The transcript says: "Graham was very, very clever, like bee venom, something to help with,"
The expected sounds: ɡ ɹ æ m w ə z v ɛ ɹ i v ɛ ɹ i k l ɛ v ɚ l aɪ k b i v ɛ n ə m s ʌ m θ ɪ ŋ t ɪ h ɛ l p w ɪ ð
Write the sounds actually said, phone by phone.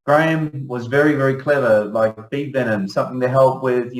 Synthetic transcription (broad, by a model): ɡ ɹ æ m w ə z v ɛ ɹ i v ɛ ɹ i k l ɛ v ɚ l aɪ k b i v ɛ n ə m s ʌ m θ ɪ ŋ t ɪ h ɛ l p w ɪ ð